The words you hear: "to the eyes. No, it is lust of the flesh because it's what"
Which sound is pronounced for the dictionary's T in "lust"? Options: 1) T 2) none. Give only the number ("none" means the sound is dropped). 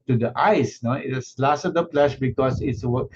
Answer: 2